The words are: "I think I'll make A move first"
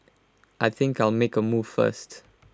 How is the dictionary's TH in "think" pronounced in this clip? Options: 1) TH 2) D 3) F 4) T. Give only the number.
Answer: 1